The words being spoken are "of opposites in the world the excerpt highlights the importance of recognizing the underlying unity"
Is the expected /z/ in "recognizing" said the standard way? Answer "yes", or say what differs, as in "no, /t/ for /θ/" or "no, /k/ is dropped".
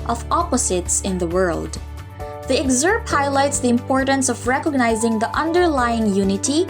yes